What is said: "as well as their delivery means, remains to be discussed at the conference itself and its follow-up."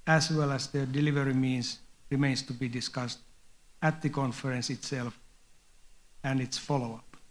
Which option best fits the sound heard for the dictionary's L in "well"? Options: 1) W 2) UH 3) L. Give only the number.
3